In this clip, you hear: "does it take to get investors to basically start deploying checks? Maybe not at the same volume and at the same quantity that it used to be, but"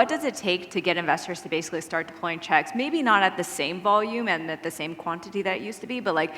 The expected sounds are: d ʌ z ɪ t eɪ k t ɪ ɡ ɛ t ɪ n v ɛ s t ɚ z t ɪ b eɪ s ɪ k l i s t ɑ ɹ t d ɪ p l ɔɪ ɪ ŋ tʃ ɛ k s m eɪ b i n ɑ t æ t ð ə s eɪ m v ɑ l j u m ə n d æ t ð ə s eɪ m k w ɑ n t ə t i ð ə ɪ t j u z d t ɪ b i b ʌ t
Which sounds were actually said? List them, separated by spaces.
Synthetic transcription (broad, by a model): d ʌ z ɪ t eɪ k t ɪ ɡ ɛ t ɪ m v ɛ s t ɚ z t ɪ b eɪ s ɪ k l i s t ɑ ɹ t d ɪ p l ɔɪ ɪ ŋ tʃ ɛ k s m eɪ b i n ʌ t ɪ t ð ə s eɪ m v ɑ l j u m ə n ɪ t ð ə s eɪ m k w ɑ n t ə t i ð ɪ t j u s t ɪ b i b ʌ t